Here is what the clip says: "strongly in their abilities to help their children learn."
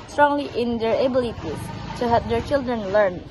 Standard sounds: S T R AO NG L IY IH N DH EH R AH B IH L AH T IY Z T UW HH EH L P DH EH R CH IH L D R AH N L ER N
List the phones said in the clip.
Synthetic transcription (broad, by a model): S T R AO NG L IY IH N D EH R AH B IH L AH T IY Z T UW HH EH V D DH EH R CH IH L D R AH N L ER N